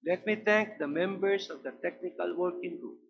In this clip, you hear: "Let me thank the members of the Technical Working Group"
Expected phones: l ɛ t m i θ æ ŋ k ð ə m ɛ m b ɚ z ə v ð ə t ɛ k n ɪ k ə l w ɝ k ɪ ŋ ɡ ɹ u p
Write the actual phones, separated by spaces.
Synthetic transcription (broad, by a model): l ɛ t m i t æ ŋ k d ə m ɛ m b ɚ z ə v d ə t ɛ k n ɪ k ə l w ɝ k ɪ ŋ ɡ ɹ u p